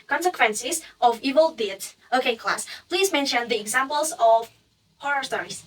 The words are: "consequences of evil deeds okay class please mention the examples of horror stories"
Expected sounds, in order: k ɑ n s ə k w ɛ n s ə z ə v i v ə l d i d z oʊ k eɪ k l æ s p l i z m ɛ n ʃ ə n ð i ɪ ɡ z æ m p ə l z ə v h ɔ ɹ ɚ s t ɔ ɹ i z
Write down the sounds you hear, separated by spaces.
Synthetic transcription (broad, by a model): k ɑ n s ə k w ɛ n s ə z ə v i v ə l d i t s oʊ k eɪ k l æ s p l i z m ɛ n ʃ ə n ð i ɪ ɡ z æ m p ə l z ə v h ɔ ɹ ɚ s t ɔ ɹ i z